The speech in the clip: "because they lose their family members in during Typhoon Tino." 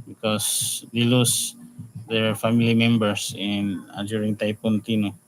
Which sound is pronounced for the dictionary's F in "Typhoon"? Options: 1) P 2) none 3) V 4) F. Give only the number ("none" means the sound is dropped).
1